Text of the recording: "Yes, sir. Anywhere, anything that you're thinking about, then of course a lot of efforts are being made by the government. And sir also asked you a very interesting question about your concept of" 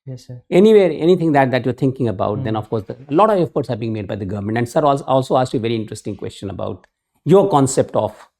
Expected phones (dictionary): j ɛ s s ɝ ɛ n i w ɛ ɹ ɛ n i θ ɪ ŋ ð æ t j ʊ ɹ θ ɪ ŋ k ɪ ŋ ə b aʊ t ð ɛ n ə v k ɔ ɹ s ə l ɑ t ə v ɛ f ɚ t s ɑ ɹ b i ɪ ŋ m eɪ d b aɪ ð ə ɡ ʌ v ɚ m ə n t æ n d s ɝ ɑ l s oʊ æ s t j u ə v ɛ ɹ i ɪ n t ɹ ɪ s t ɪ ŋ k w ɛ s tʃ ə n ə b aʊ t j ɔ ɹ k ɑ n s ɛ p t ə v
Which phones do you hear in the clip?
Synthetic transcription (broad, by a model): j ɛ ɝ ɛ n i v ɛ ɹ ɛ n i t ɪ ŋ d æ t j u ɹ t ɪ ŋ k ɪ ŋ ə b aʊ t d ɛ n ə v k ɔ ɹ s ə l ɑ t ə v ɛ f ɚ t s ɑ ɹ b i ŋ m eɪ d b aɪ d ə ɡ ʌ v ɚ m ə n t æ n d s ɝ ɑ l s oʊ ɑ s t j u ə v ɛ ɹ i ɪ n t ɹ ɪ s t ɪ ŋ k w ɛ s tʃ ə n ə b aʊ t j ɔ ɹ k ɑ n s ɛ p t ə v